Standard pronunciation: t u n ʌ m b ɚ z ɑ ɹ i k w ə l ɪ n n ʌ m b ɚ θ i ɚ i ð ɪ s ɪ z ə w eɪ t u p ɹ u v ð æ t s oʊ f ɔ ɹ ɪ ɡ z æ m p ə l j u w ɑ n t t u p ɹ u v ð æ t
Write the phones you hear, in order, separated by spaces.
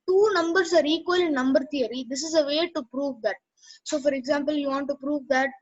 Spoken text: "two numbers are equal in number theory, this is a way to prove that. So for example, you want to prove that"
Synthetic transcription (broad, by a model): t u n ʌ m b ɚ s ɑ ɹ i k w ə l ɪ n n ʌ m b ɚ t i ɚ i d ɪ s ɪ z ə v eɪ t u p ɹ u v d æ t s oʊ f ɔ ɹ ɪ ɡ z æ m p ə l j u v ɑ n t t u p ɹ u v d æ t